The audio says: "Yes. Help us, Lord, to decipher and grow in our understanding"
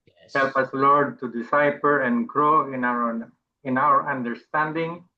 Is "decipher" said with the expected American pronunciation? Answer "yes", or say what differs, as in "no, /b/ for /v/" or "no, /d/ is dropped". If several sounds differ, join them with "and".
no, /p/ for /f/